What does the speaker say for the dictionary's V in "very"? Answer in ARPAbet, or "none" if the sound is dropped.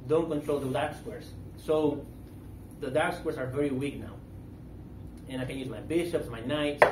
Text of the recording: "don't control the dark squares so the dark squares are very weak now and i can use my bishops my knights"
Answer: V